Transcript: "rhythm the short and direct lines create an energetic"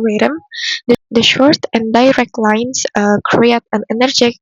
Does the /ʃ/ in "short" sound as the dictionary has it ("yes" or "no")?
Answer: yes